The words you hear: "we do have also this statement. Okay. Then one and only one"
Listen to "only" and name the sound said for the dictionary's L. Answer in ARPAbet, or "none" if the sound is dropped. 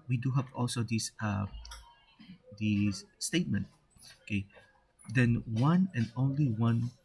L